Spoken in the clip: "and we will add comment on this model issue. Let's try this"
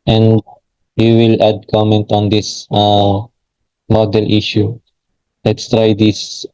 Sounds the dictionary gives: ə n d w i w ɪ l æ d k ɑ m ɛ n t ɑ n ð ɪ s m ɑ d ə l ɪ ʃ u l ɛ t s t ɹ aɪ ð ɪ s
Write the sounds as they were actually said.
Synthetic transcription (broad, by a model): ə n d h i w ɪ l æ d k ɑ m ɛ n t ɑ n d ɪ s m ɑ d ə l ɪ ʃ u l ɛ t s t ɹ aɪ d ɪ s